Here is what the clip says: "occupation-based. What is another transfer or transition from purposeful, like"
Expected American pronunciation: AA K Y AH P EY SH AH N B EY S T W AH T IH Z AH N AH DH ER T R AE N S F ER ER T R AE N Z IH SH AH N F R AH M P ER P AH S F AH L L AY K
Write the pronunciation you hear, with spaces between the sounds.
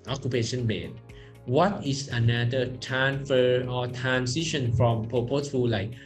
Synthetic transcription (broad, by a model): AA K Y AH P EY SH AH N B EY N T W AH T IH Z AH N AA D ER T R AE N F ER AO T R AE N S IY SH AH N F R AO M P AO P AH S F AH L L AY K